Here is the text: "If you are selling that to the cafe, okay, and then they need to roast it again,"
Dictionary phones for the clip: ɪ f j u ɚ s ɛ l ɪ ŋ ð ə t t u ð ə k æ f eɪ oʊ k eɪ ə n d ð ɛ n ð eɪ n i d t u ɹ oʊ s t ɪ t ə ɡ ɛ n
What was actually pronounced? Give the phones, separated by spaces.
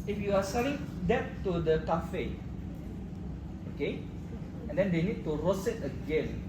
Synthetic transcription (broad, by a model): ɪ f j u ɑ s ɛ l ɪ ŋ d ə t t u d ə k æ f eɪ oʊ k eɪ ə n d ɛ n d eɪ n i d t u ɹ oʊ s ɪ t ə ɡ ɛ n